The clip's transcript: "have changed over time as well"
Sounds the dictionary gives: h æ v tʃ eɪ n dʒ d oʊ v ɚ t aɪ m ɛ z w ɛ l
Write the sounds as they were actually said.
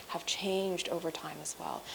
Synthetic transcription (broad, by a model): h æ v tʃ eɪ n dʒ d oʊ v ɚ t aɪ m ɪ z w ɛ l